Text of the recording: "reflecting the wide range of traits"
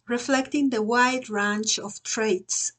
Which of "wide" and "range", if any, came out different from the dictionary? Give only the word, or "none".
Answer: range